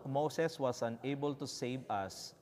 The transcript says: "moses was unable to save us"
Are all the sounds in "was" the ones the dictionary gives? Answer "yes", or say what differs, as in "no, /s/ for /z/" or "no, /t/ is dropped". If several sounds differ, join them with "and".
no, /s/ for /z/